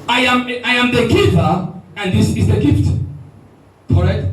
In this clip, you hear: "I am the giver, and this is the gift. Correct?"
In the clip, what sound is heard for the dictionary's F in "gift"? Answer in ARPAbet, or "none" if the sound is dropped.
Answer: F